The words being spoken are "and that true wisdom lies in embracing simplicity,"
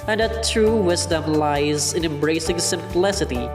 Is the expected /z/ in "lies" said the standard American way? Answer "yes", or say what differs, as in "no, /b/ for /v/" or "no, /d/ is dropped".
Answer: yes